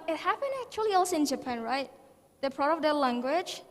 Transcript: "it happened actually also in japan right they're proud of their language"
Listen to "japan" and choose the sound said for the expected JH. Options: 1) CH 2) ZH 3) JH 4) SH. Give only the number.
3